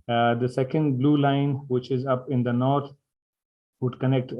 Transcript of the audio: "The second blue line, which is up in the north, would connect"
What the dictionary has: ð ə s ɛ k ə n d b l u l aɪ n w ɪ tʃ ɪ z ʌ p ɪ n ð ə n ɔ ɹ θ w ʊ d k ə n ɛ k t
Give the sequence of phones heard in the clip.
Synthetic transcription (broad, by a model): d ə s ɛ k ə n d b l u l aɪ n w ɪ tʃ ɪ z ʌ p ɪ n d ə n ɔ ɹ t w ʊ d k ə n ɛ k t